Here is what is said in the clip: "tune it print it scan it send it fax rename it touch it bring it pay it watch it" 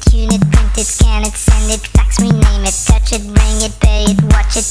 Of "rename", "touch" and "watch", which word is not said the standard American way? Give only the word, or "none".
none